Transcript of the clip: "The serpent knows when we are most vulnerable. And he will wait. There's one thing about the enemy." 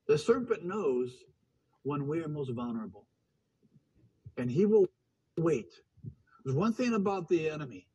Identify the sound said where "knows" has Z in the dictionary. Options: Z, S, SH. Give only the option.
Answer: Z